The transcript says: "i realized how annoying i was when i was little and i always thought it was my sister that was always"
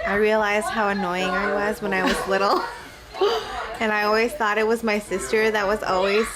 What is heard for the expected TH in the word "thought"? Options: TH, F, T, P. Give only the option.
TH